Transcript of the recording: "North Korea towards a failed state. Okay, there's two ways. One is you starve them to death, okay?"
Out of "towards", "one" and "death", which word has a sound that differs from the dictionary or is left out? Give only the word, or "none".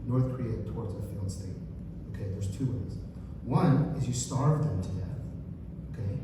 none